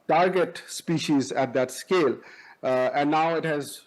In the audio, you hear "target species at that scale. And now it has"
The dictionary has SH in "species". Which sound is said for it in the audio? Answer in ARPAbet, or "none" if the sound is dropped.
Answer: SH